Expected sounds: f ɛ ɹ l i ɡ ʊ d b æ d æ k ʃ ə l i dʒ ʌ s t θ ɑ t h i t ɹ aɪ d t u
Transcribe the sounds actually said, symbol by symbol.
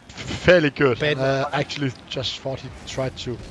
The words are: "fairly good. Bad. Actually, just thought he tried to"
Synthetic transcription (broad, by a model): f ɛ l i ɡ ʊ d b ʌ æ k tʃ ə l i dʒ ʌ s t f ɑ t h i t ɹ aɪ d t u